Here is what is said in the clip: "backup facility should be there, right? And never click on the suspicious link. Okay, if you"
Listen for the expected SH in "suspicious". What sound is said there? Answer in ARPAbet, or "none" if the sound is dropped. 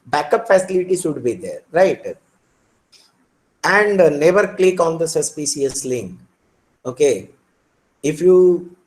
S